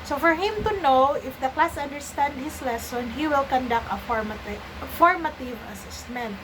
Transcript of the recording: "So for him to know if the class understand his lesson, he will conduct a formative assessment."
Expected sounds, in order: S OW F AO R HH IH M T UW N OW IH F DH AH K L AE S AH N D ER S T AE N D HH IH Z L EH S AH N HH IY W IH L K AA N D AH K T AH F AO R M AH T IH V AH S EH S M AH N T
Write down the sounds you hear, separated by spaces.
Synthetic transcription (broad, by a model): S OW F AO R HH IH M T UW N OW IH F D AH K L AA S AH N D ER S T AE N D HH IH S L EH S AH N HH IY W IH L K AA N D AH K T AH F AO R M AH T IH V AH S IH S M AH N T